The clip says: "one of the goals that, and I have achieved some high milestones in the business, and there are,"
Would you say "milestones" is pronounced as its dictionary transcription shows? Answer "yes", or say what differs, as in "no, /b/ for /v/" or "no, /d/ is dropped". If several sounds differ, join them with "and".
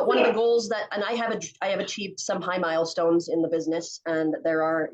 yes